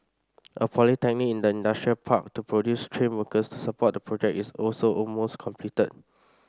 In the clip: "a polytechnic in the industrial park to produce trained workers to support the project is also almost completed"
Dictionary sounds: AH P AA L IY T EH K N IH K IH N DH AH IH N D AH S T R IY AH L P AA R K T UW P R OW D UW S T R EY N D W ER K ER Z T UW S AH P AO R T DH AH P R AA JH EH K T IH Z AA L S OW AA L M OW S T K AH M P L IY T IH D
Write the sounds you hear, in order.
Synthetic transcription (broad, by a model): AH P AA L IY T EH K N IH K IH N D AH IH N D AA S T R IY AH L P AA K T UW P R OW D UW S T R EY N W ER K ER S T UW S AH P AO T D AH P R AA JH EH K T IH S AA L S OW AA L M OW S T K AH M P L IY T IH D